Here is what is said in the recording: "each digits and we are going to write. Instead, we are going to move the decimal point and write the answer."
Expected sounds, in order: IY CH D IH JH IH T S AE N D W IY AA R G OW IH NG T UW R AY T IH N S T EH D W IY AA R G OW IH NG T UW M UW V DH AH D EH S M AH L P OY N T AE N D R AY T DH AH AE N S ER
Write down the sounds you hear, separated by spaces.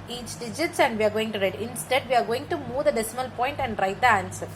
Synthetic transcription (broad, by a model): IY CH D IH JH IH T S AE N D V IY AA R G OW IH NG T UW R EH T IH N S T EH D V IY AA R G OW IH NG T UW M UW V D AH D EH S M AH L P OY N T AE N D R AY T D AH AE N S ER